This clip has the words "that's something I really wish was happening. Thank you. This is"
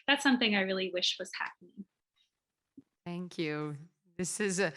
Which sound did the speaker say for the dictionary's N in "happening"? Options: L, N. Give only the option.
N